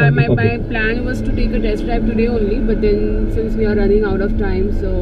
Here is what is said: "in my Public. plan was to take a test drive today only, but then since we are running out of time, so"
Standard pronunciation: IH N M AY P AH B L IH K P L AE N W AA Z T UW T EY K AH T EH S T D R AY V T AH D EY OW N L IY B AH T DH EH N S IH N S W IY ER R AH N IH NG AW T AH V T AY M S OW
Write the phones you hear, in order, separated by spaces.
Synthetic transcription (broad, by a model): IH M AY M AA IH P L AE N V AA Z T UW T EY K AH T EH S T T AY P T AH D EY OW N L IY B AH T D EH N S IH N S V IY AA R AH N IH NG AW T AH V T AY M S OW